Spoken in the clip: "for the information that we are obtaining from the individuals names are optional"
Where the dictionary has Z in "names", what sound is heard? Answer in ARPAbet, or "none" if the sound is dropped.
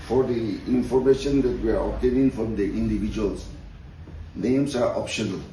S